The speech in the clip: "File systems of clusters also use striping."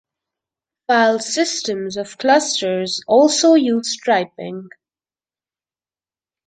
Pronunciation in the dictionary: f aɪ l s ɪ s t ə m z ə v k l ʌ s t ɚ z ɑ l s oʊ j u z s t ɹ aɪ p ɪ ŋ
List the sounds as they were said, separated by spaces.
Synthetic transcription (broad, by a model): f aɪ l s ɪ s t ə m z ə v k l ʌ s t ɚ z ɑ l s oʊ j u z s t ɹ aɪ p ɪ ŋ